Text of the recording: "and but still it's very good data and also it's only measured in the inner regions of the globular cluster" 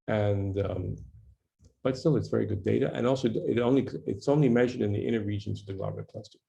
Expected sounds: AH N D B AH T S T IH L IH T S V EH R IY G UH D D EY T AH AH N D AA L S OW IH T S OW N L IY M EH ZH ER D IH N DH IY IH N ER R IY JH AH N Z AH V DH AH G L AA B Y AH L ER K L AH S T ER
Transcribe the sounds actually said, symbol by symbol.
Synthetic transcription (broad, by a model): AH N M B AH T S T IH L IH T S V EH R IY G UH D D EY T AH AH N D AA L S OW IH T S OW N L IY M EH ZH ER D IH N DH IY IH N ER R IY JH AH N Z AH V DH AH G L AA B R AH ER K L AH S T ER